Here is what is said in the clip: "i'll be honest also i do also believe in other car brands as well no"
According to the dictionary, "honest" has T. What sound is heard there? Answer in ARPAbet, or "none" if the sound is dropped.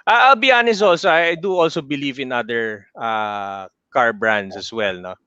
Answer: none